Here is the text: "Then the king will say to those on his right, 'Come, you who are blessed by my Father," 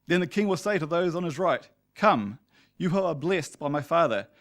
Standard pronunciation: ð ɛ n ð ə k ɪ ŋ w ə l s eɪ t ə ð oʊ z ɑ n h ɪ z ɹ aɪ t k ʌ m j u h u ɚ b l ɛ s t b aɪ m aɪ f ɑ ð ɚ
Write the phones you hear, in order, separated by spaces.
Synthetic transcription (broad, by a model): ð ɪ n ð ə k ɪ ŋ w ə l s eɪ t ə ð oʊ z n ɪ z ɹ aɪ t k ʌ m j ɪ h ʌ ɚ b l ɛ s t b aɪ m aɪ f ɑ ð ɚ